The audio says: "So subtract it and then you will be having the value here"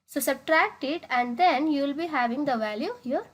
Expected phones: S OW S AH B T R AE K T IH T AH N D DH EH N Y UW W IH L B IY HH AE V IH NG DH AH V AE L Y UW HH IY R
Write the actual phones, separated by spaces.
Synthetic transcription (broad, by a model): S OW S AH B T R AE K T IH T AH N D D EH N Y UW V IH L B IY HH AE V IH NG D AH V AE L Y UW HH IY R